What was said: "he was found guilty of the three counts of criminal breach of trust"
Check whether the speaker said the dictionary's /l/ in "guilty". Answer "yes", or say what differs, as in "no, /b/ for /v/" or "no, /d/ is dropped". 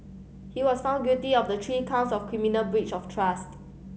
no, /l/ is dropped